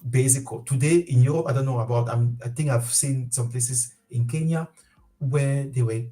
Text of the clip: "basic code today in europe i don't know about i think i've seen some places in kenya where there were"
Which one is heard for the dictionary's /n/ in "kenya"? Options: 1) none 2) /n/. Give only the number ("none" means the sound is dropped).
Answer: 2